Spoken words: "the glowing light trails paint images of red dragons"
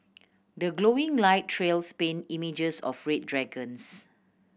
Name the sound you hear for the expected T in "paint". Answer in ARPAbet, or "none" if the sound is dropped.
none